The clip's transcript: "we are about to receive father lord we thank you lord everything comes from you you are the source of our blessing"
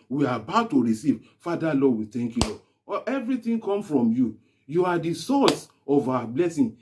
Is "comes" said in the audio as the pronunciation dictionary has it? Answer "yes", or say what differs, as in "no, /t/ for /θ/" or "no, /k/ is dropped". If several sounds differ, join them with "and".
no, /z/ is dropped